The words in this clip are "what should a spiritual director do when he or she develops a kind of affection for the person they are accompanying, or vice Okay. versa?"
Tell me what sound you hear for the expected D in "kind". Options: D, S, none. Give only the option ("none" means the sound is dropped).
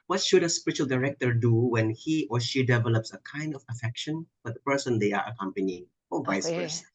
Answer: D